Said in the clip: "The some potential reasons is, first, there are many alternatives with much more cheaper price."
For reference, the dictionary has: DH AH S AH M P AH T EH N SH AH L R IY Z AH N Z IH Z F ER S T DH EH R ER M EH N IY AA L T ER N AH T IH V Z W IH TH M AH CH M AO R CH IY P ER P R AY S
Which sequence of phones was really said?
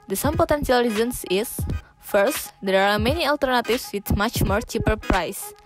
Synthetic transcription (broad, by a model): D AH S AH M P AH T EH N S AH L R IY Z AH N S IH S F ER S T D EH R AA M EH N IY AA L T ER N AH T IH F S W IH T M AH CH M AO R CH IY P ER P R AY S